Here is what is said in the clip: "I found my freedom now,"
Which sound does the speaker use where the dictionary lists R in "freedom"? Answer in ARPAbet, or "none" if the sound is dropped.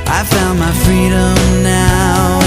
R